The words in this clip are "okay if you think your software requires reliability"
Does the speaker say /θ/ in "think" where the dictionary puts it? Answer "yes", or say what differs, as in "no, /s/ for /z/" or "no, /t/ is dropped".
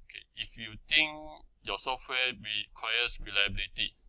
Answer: no, /t/ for /θ/